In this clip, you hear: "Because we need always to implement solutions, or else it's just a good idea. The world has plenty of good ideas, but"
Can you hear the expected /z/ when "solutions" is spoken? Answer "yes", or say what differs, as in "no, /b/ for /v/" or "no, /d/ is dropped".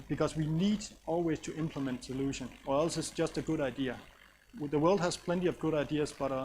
no, /z/ is dropped